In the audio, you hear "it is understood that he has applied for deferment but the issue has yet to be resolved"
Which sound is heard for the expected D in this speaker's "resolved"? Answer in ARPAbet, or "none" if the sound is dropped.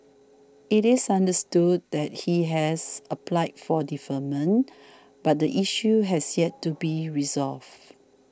none